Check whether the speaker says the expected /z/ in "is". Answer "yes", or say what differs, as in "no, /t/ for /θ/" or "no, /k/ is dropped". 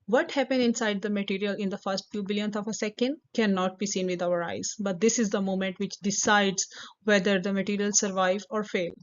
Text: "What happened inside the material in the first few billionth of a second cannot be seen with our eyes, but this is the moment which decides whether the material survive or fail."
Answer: yes